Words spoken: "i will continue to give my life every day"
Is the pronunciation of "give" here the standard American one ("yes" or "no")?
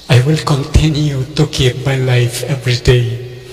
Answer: no